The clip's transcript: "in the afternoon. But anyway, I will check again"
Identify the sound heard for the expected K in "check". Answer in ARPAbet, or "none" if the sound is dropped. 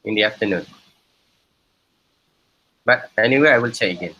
none